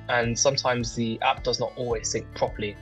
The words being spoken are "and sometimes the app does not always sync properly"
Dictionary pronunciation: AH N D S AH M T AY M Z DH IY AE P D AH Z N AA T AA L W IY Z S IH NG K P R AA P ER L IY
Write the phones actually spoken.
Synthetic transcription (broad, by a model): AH N S AH M T AY M Z DH IY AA P D AH Z N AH T AA L W IY Z TH IH NG K P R AA P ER L IY